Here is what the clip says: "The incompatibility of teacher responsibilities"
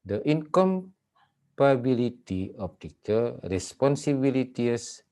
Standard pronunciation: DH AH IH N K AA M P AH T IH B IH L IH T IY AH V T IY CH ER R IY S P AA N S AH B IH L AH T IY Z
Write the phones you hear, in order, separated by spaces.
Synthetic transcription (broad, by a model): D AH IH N K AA M P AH B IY L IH T IY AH P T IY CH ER R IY S P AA N S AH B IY L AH T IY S